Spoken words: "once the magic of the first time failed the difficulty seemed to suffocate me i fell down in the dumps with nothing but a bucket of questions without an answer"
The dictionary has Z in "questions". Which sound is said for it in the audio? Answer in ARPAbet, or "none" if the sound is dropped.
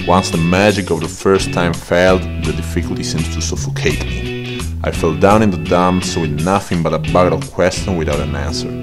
none